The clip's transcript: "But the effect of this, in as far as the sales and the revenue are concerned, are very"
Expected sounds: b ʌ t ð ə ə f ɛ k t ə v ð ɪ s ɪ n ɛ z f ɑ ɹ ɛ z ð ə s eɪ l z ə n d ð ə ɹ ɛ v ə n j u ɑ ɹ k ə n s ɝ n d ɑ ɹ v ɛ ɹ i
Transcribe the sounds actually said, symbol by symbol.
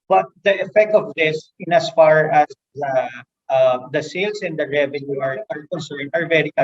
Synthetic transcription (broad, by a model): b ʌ t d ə ə f ɛ k t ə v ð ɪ s ɪ n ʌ s f ɑ ɹ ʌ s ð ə s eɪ l s ə n d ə ɹ ɛ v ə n j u ɑ ɹ k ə n s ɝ n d ɑ ɹ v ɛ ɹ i